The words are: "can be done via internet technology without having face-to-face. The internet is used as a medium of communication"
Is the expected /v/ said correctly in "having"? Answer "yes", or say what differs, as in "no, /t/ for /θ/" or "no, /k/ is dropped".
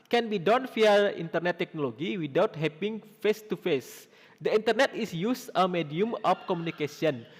no, /p/ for /v/